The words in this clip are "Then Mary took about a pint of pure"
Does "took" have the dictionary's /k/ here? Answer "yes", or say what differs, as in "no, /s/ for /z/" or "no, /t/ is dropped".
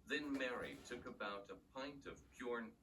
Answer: yes